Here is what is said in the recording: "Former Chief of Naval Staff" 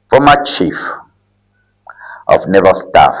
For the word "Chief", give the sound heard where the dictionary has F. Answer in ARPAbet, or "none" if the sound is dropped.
F